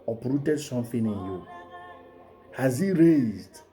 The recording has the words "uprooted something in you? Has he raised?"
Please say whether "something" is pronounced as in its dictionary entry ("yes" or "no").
no